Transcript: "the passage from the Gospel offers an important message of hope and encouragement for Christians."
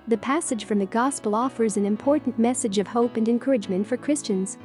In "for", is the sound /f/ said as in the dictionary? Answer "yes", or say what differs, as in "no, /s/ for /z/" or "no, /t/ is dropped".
yes